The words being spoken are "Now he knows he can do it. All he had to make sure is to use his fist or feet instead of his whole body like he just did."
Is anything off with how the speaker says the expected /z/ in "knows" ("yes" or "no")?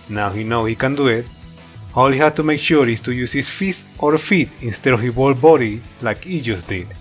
yes